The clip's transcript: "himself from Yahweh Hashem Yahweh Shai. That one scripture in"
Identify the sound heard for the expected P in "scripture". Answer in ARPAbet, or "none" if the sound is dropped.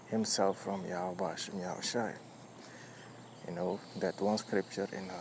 P